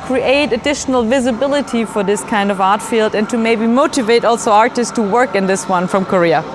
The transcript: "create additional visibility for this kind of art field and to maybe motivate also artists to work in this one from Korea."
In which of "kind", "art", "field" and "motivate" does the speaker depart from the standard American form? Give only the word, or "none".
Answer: none